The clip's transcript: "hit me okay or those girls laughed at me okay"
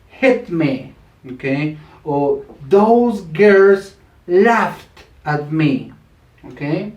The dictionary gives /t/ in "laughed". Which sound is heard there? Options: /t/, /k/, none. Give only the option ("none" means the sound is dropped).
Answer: /t/